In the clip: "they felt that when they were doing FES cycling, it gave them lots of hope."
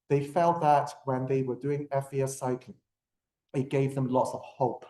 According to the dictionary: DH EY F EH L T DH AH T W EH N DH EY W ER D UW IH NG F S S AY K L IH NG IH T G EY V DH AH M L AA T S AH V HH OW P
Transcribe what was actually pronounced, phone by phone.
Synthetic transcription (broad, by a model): DH EY F EH L T DH AH T W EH N DH EY W ER D UW IH NG F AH S AY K IH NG IH T G EY V DH AH M L AA T S AH V HH OW P